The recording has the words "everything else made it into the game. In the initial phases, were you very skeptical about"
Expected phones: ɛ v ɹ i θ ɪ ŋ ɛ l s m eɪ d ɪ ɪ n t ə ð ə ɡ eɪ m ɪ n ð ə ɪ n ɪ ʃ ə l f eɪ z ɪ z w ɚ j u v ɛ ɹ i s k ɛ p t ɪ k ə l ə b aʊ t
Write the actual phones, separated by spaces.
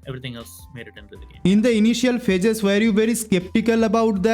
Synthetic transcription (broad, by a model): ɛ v ɹ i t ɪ ŋ ɛ l s m eɪ d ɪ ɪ t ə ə ɪ n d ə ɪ n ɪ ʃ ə l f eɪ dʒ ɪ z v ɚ j u v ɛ ɹ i s k ɛ p t ɪ k ə l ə b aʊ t